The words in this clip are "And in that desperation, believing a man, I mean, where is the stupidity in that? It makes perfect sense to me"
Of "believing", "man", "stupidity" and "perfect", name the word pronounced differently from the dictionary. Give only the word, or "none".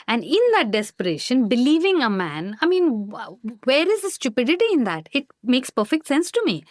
none